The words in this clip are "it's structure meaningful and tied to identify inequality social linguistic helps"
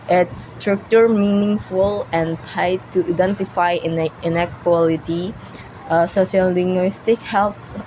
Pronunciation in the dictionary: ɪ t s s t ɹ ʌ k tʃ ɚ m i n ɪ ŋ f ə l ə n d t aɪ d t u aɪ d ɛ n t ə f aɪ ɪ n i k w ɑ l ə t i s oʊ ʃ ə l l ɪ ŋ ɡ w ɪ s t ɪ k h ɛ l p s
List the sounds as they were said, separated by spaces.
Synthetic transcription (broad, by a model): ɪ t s s t ɹ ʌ k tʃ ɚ m i n ɪ ŋ f ə l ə n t aɪ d t u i d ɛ n t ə f aɪ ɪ n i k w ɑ l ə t i s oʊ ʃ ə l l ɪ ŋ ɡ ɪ s t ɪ k h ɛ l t s